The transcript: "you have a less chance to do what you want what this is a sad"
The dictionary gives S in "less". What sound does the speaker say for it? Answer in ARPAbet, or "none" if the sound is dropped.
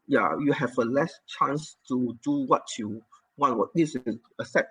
S